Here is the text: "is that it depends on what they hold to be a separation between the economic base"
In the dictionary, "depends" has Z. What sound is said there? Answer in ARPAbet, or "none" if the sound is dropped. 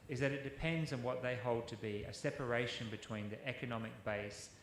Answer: Z